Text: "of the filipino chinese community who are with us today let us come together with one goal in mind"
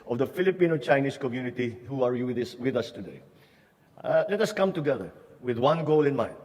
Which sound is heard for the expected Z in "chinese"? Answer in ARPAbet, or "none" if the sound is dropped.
S